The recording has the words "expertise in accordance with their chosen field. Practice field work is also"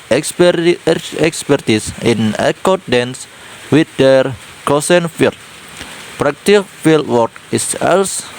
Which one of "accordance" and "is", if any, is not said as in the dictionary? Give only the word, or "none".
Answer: is